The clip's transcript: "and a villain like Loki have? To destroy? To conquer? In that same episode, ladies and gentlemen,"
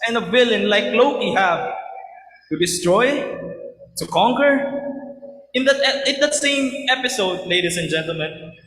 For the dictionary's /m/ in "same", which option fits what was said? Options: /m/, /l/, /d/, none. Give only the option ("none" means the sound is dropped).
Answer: /m/